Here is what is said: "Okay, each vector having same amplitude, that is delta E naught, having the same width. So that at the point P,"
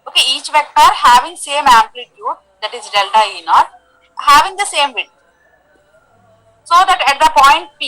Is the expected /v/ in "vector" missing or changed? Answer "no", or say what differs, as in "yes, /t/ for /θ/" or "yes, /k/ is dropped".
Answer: no